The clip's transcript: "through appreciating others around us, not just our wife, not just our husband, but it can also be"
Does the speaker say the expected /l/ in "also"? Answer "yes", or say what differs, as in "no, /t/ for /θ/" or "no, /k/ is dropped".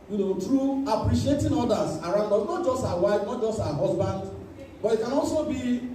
yes